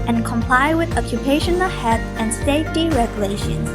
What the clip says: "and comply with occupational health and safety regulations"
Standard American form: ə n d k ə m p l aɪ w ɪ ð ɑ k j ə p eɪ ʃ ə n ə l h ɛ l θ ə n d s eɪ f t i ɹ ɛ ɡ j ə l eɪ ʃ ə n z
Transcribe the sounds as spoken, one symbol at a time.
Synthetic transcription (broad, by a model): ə n k ə m p l aɪ w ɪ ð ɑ k j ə p eɪ ʃ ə n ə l h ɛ θ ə n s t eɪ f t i ɹ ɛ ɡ j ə l eɪ ʃ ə n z